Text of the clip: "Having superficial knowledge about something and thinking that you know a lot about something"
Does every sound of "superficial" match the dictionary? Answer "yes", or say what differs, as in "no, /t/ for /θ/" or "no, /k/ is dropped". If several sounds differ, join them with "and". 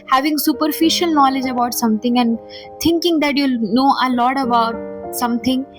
yes